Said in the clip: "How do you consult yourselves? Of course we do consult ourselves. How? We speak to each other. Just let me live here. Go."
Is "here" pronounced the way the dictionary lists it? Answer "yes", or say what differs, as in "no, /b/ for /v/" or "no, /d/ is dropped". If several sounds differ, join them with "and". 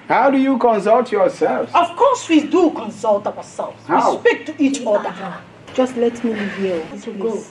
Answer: no, /l/ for /ɹ/